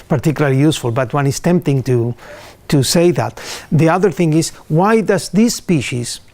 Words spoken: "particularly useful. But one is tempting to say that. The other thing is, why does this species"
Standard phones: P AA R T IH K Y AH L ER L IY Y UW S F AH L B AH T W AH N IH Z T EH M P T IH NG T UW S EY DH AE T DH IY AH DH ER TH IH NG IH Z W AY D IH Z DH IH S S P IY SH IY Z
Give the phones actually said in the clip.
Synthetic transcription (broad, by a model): P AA R T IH K Y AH L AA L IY Y UW S F AH L B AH T W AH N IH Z T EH M P T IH NG T UW S EY DH AE T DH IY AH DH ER TH IH NG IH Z W AY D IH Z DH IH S S P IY SH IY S